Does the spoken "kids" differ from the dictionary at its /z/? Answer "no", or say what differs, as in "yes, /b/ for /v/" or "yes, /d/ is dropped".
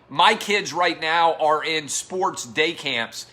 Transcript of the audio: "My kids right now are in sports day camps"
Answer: no